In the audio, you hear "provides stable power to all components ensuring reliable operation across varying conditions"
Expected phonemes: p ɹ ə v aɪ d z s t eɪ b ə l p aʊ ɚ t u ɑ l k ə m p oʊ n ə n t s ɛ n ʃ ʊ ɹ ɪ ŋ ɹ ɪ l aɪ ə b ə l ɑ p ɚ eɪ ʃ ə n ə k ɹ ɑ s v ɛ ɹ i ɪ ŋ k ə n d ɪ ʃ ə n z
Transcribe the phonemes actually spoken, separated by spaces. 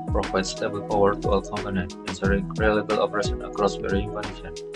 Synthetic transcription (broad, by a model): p ɹ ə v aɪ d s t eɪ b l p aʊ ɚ t u ɑ l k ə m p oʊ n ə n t ɛ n s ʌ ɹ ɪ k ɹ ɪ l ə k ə l ɑ p ɚ eɪ ʃ ə n ə k ɹ ɑ s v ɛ ɹ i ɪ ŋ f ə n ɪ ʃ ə n